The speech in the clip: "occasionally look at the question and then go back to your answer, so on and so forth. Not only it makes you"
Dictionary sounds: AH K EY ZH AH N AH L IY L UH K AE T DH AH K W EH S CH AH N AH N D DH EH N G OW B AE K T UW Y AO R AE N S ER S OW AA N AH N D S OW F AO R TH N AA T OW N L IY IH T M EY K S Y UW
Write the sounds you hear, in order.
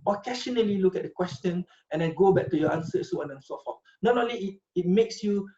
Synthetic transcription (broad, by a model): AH K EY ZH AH N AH L IY L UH K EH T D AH K W EH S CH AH N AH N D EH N G OW B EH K T UW Y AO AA N S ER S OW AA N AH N S OW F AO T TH N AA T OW L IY IH T M EY K S Y UW